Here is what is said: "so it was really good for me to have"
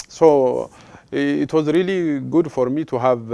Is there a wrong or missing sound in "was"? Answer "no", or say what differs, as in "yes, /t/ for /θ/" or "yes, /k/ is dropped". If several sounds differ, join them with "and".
no